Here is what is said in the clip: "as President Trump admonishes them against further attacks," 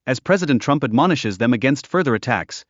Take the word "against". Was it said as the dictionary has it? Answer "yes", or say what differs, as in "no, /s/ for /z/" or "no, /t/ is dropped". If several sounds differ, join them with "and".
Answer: yes